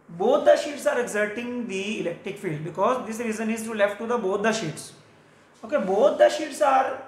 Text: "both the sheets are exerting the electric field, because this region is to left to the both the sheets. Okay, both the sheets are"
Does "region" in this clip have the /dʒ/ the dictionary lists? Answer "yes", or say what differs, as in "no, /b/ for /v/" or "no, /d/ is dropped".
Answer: no, /z/ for /dʒ/